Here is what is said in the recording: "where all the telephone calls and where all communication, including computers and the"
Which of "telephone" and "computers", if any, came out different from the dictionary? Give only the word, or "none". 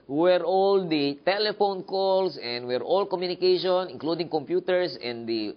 computers